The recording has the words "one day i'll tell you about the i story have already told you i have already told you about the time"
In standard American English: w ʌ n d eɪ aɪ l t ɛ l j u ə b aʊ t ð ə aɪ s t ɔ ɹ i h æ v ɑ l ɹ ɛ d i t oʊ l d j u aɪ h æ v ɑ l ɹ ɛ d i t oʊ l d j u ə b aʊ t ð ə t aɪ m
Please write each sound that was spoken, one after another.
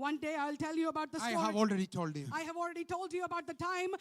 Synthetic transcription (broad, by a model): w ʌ n d eɪ aɪ l t ɛ l j u ə b aʊ t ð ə aɪ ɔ i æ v ɑ l ɹ ɛ d i t oʊ l d j u aɪ h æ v ɑ l ɹ ɛ d i t oʊ l d j u ə b aʊ t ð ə t aɪ m